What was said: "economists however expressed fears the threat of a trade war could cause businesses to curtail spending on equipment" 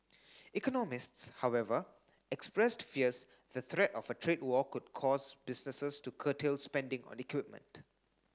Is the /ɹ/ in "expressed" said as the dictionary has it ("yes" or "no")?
yes